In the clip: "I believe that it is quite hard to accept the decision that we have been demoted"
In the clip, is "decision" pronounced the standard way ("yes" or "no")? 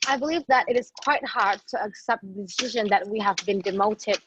yes